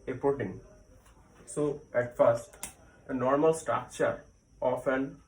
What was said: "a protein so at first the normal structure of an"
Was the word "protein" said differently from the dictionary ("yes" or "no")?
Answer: yes